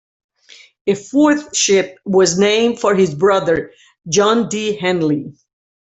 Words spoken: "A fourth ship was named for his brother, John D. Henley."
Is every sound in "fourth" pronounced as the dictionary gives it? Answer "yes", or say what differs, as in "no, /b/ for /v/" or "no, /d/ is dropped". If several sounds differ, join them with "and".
yes